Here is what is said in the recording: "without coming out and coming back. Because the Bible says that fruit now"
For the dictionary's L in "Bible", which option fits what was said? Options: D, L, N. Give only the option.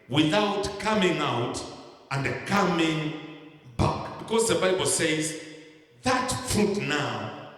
L